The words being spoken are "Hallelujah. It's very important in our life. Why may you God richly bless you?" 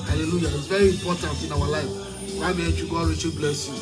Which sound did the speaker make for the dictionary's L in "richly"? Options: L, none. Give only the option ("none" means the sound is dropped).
none